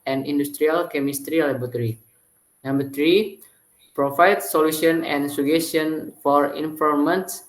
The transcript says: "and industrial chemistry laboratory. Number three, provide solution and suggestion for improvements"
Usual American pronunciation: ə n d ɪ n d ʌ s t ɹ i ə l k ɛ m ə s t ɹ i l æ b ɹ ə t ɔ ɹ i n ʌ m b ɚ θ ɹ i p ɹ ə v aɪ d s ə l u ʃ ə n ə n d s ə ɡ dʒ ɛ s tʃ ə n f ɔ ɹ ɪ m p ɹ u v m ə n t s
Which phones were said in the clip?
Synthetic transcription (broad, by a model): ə n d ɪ n d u s t ɹ i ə l k ɛ m ə s t ɹ i l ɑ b ə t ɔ ɹ i n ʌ m b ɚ t ɹ i p ɹ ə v aɪ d s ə l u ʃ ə n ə n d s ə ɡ ɛ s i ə n f ɔ ɹ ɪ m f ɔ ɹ m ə n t s